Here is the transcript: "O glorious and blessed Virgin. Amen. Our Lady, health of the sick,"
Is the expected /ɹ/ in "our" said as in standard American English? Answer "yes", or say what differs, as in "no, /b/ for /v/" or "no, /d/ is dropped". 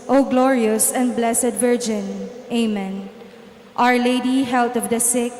yes